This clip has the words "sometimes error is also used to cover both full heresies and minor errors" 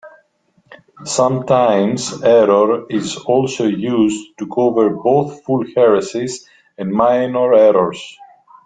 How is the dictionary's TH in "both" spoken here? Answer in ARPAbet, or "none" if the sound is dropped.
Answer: TH